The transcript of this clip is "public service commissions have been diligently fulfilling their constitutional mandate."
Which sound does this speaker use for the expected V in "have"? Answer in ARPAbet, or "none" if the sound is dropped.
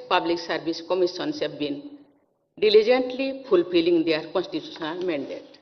B